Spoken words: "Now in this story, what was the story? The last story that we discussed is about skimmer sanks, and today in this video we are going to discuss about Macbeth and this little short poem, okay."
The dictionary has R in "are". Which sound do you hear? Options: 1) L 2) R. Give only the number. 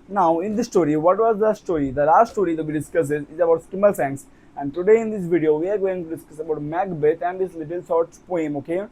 2